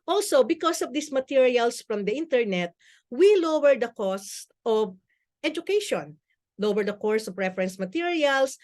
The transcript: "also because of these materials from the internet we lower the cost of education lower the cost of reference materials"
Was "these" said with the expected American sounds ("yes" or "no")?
no